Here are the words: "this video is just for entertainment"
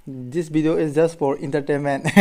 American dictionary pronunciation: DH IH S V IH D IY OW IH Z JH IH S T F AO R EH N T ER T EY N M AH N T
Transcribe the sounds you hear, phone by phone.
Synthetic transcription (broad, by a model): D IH S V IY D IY OW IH S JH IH S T F AO R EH N T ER T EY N M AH N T